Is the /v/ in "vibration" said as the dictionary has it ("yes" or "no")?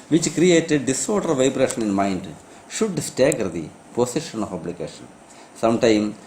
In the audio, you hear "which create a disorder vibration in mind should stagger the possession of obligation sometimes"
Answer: yes